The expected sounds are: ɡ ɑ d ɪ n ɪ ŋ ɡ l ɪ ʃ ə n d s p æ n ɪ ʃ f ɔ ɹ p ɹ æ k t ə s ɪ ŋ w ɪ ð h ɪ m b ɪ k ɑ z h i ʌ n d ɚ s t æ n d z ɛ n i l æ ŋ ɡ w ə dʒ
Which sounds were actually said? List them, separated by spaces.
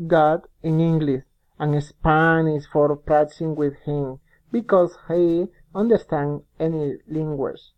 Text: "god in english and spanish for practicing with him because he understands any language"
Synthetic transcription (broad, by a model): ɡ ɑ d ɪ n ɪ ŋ ɡ l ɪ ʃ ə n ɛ s p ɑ n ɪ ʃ f ɔ ɹ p ɹ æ t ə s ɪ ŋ w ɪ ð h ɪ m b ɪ k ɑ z h i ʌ n d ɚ s t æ n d ɛ n i l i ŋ ɡ w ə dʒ